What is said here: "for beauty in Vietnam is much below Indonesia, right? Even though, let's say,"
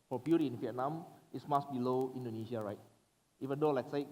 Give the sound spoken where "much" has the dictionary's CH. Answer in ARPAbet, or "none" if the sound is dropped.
S